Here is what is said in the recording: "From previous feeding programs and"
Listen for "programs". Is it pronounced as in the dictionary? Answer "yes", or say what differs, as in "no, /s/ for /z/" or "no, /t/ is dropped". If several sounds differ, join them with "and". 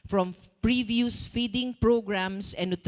no, /s/ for /z/